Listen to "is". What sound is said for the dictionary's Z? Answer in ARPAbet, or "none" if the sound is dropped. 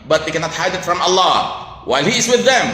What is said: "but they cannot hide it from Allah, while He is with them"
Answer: Z